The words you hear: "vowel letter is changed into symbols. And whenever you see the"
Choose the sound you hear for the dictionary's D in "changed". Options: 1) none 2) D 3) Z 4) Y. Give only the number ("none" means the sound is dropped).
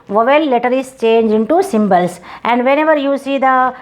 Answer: 1